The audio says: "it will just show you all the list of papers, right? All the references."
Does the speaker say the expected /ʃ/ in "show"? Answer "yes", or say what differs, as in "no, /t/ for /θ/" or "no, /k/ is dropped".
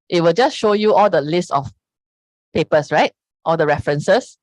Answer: yes